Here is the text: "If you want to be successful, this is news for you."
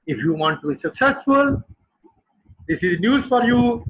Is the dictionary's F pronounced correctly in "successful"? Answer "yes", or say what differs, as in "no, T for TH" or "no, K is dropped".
yes